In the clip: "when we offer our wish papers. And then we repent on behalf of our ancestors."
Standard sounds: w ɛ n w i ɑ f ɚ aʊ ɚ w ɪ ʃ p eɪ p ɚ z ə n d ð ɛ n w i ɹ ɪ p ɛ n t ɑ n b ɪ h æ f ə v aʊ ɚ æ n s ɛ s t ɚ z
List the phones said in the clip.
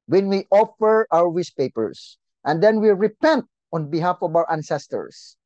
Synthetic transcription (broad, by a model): w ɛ n w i ɑ f ɚ aʊ ɚ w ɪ s p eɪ p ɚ s ə n d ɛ n w i ɹ ɪ p ɛ n t ɑ n b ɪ h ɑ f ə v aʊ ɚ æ n s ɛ s t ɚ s